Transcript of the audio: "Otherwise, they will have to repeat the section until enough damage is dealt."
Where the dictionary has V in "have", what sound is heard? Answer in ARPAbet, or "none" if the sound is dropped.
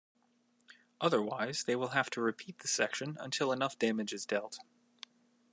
F